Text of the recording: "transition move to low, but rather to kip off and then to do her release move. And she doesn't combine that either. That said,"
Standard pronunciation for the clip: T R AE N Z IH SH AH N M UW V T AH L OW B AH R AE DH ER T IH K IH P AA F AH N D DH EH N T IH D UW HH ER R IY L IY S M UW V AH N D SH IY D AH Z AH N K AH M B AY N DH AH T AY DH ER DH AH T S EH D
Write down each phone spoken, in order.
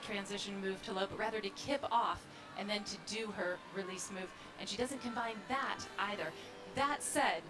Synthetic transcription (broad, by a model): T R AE N Z IH SH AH N M UW V T AH L OW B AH R AE DH ER T IH K IH P AA F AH N DH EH N T IH D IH ER R IY L IY S M UW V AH N SH IY D AH Z AH N K AH M B AY N DH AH T AY DH ER DH AH T S EH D